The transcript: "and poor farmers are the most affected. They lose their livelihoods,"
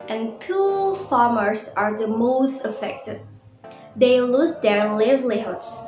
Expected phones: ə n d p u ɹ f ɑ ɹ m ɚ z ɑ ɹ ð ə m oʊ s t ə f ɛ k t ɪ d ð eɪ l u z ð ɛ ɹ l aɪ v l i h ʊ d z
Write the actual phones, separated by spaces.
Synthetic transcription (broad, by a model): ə n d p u l f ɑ ɹ m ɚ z ɑ ɹ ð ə m oʊ s t ə f ɛ k t ɪ d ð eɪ l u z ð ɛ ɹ l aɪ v l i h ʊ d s